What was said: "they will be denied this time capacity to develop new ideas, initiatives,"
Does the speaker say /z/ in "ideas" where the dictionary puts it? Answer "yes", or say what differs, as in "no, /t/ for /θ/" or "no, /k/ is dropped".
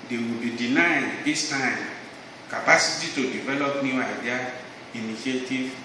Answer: no, /z/ is dropped